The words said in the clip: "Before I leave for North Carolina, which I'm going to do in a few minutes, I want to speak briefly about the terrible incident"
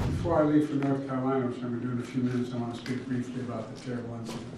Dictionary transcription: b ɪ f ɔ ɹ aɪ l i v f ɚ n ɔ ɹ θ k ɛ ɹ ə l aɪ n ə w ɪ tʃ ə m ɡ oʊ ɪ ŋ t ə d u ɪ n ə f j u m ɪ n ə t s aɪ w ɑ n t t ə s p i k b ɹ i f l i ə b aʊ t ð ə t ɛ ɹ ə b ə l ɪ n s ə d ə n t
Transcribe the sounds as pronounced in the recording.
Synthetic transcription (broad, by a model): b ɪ f ɔ ɹ aɪ l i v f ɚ n ɔ ɹ θ k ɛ ɹ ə l aɪ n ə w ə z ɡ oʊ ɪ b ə d u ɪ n ə f j u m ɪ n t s aɪ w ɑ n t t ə s p i k b ɹ i f l i ə b aʊ t ð ə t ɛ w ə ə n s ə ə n